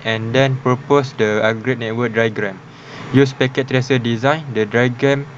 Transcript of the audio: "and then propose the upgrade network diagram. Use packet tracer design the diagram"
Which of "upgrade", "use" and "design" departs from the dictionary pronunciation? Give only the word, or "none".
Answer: upgrade